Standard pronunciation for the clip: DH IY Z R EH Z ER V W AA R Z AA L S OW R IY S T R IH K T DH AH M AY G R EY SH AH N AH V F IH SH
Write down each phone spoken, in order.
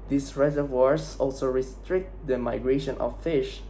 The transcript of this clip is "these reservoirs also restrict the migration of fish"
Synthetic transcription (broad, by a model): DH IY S R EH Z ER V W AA R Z AA L S OW R IY S T R IH K T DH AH M AY G R EY SH AH N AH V F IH SH